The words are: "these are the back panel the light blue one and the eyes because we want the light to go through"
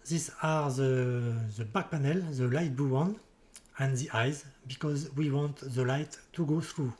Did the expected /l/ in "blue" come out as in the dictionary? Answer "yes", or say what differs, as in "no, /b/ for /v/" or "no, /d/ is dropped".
no, /l/ is dropped